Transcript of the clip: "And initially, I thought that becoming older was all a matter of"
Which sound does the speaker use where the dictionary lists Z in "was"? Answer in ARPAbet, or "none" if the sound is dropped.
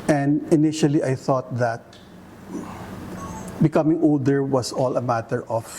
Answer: S